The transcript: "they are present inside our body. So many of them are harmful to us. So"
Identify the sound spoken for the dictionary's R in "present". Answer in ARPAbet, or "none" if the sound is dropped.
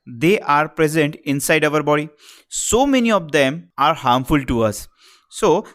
R